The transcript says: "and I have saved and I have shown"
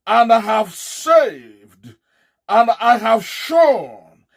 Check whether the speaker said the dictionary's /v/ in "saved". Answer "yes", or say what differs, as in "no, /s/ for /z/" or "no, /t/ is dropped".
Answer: yes